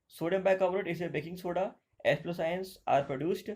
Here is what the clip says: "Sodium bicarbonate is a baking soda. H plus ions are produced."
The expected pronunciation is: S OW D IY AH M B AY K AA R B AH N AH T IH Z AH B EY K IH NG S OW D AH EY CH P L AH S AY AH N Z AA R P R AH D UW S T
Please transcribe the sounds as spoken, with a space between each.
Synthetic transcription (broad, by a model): S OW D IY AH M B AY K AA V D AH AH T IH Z AH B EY K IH NG S OW D AH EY S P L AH S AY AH N S AA R P R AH D UW S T